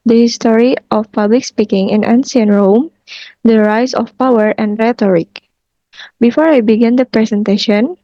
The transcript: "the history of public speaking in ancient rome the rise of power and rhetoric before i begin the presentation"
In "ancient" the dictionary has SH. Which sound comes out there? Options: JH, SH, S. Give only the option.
S